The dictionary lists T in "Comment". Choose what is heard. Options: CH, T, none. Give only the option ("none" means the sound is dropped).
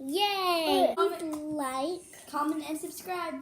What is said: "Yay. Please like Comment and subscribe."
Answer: none